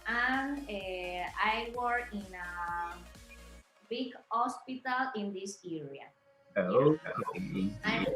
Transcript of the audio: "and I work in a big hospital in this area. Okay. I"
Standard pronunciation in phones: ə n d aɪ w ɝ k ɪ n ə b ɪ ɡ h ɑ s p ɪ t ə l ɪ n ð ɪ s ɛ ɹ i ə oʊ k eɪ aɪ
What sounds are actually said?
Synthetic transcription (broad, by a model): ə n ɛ aɪ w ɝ ɪ n ə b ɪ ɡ h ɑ s p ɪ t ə l ɪ n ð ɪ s ɛ ɹ i ə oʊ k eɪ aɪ